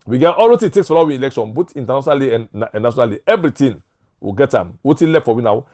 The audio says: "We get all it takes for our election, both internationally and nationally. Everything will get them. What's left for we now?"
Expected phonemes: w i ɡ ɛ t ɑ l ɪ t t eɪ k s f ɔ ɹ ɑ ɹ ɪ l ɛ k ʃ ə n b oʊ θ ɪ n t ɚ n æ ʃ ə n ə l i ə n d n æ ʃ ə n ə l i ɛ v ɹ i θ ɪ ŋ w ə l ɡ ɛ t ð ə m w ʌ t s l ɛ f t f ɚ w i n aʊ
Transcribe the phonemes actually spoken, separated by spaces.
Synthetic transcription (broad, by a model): w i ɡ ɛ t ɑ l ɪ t t eɪ k s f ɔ l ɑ w ɪ l ɛ k ʃ ə n b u t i n t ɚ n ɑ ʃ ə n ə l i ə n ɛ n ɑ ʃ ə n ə l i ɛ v ɹ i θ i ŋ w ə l ɡ ɛ t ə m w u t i l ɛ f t f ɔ w i n aʊ